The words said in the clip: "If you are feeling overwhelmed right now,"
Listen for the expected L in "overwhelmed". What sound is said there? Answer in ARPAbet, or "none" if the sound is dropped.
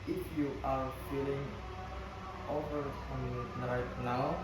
none